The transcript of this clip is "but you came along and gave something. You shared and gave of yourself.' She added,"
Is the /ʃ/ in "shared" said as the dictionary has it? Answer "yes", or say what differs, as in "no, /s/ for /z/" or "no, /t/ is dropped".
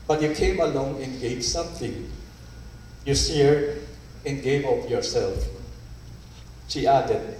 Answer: no, /s/ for /ʃ/